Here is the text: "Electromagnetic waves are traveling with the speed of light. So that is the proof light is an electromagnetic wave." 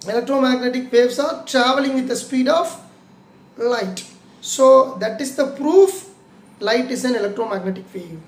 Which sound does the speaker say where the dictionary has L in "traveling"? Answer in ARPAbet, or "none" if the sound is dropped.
L